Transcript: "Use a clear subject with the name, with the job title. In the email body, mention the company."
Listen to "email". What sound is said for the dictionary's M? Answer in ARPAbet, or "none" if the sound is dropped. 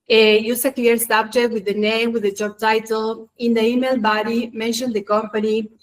M